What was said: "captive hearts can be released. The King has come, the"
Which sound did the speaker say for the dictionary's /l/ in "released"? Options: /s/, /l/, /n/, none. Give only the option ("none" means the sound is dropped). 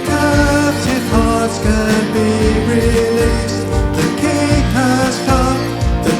/l/